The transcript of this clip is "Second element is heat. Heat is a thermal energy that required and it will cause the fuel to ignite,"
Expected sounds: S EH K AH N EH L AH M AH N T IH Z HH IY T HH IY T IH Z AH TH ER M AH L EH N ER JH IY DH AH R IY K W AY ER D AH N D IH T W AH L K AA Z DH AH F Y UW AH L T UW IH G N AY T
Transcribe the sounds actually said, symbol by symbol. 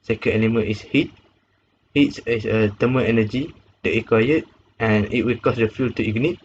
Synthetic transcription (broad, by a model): S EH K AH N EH N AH M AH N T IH S HH IY T HH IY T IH S AH T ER M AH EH N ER JH IY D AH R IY K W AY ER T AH N IH T W AH L K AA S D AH F Y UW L T UW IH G N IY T